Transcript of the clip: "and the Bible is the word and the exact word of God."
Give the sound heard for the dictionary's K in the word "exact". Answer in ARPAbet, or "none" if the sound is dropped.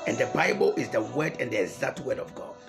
none